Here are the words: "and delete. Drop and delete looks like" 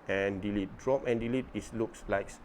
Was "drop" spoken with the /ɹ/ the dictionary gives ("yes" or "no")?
yes